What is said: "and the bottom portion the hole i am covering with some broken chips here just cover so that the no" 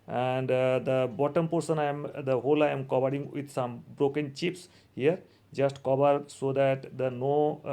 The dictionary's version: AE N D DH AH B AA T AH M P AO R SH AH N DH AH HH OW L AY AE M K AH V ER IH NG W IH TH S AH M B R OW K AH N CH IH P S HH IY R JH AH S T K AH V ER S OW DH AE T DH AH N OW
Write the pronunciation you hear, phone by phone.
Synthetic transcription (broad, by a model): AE N D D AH B AA T AH M P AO R S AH N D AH HH OW L AY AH M K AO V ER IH NG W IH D S AH M B R OW K AH N CH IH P S HH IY R JH AH S T K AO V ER S OW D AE T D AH N OW